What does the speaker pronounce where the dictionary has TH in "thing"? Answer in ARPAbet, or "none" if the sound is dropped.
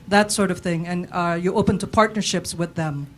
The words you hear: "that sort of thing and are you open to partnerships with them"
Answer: TH